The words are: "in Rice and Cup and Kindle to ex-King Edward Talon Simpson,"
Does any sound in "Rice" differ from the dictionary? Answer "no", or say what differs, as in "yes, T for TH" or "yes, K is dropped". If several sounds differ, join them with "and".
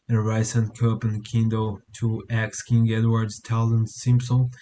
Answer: no